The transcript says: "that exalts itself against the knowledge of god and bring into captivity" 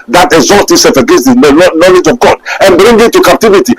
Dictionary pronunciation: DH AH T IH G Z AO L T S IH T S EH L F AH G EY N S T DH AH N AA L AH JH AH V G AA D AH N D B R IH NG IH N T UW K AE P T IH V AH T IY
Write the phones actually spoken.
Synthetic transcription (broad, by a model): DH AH T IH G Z AO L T IH S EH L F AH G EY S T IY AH N AA L AH JH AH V G AA D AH N B R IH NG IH T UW K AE P T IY V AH T IY